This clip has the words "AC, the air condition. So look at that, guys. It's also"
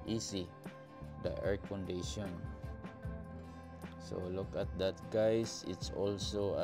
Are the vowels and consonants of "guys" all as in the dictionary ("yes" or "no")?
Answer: no